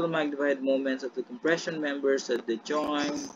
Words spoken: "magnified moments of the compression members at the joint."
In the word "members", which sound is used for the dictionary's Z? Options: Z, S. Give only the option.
S